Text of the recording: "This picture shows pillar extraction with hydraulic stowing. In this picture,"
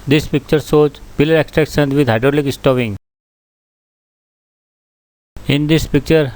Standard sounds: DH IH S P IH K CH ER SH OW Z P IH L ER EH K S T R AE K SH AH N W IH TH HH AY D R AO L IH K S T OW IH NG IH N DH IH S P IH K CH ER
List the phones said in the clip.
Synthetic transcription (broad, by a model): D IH S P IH K CH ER S OW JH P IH L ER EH K S T R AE K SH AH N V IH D HH AY D R AO L IH K S T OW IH NG IH N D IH S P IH K CH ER